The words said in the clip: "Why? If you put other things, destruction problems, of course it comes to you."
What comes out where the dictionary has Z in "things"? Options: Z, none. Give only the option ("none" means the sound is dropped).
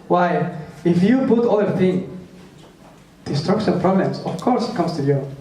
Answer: none